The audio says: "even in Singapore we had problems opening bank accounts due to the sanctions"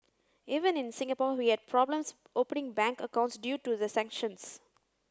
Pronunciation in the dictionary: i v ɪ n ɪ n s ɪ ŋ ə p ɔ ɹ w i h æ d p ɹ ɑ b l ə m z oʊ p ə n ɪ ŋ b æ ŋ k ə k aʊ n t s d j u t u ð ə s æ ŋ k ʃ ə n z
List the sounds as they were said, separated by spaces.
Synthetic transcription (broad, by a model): i v ɪ n ɪ n s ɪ ŋ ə p ɔ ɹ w i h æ d p ɹ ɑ b l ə m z oʊ p ə n ɪ ŋ b æ ŋ k ə k aʊ n t s d j u t u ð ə s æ ŋ k ʃ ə n s